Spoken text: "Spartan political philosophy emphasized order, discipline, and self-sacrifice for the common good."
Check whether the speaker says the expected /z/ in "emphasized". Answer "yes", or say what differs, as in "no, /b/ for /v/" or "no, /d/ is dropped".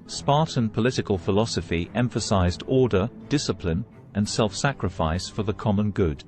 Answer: yes